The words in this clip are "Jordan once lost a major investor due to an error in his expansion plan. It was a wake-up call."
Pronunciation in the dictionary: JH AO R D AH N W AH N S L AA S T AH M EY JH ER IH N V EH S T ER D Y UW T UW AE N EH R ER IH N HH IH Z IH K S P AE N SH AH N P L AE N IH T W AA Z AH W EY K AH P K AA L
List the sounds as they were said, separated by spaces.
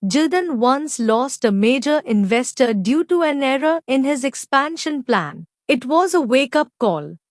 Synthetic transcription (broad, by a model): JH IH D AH N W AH N S L AA S T AH M EY JH ER IH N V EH S T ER D Y UW T UW AE N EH R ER IH N HH IH Z IH K S P AE N SH AH N P L AE N IH T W AA Z AH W EY K AH P K AA L